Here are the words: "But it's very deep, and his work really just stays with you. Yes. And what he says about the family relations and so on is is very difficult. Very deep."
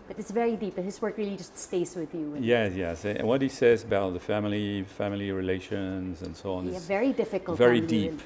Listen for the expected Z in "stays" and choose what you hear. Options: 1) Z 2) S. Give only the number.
2